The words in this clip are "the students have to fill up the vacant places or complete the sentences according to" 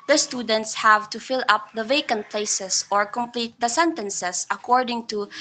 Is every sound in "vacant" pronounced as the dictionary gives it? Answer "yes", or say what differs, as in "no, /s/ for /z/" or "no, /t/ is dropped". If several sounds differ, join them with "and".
yes